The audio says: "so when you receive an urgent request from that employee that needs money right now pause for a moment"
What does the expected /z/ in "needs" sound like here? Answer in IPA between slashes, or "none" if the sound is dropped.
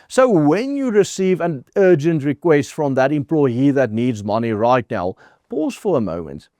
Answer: /z/